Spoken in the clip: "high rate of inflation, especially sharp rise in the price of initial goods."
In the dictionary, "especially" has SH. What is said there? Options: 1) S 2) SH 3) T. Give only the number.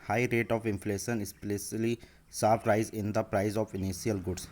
1